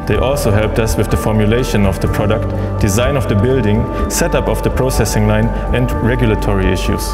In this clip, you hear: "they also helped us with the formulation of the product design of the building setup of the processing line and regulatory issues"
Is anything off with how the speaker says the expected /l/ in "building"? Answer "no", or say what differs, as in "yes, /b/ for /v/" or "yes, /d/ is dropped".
no